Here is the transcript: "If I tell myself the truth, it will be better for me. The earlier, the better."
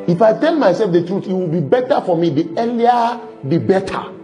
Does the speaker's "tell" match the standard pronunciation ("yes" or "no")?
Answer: no